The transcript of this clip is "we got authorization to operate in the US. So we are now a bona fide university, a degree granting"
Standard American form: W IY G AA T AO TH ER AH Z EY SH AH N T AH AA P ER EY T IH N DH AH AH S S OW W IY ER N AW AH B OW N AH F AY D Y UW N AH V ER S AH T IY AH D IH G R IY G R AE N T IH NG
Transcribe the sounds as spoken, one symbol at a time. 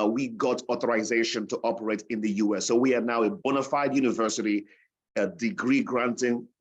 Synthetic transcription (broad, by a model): W IY G AA T AO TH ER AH Z EY SH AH N T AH AA P ER EY T IH N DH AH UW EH S OW W IY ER N AW AH B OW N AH F AY D Y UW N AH V ER S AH T IY AH D IH G R IY G R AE N T IH NG